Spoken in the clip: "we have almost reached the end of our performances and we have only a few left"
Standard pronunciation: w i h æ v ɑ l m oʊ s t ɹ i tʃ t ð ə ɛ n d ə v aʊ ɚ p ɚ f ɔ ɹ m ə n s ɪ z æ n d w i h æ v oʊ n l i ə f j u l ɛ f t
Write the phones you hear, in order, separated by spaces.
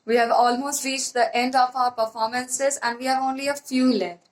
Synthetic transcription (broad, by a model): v i h æ v ɑ l m oʊ s t ɹ i tʃ t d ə ɛ n d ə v aʊ ɚ p ɚ f ɔ ɹ m ə n s ɪ z æ n d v i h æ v oʊ n l i ə f j u l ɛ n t